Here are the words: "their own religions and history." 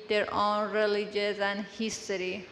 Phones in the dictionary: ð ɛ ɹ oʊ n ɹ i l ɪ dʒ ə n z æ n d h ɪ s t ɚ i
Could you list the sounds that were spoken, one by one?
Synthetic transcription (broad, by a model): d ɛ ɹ oʊ n ɹ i l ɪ dʒ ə z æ n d h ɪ s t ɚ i